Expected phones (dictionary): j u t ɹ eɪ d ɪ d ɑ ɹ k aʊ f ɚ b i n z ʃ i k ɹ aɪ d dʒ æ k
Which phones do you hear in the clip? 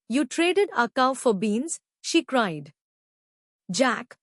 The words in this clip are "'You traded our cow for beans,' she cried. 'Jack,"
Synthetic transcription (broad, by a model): j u t ɹ eɪ d ɪ d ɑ k aʊ f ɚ b i n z ʃ i k ɹ aɪ d dʒ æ k